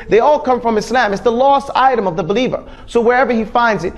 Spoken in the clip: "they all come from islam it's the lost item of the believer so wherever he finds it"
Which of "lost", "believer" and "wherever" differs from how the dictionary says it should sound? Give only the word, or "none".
none